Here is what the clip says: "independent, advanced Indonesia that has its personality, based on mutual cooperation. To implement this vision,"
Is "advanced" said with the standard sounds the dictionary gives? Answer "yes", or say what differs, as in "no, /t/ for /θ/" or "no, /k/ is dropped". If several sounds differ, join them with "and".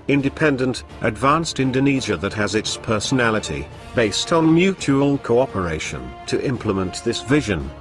yes